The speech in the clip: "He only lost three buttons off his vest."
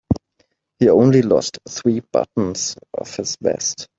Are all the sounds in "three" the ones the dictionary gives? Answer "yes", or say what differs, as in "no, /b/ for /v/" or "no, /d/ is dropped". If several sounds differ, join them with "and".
yes